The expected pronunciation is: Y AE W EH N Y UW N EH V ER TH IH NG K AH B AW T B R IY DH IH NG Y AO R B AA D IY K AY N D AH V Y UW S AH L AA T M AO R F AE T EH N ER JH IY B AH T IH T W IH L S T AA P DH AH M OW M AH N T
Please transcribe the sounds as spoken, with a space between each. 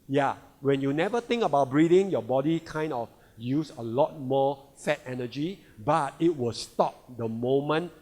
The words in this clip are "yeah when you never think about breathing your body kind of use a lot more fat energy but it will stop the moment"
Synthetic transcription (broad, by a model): Y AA W EH N Y UW N EH V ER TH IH NG K AH B AW T B R IY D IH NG Y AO B AA D IY K AY N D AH F Y UW S AH L AA T M AO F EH T EH N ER JH IY B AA T IH T W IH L S T AA P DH AH M OW M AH N